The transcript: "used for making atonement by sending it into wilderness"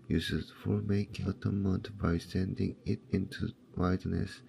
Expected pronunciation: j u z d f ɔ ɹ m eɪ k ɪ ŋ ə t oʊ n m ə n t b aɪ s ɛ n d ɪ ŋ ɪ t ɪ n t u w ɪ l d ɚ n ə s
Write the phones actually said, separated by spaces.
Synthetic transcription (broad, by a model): j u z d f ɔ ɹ m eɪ ɪ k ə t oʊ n m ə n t b aɪ s ɛ n d ɪ ŋ ɪ t ɪ n t u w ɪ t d n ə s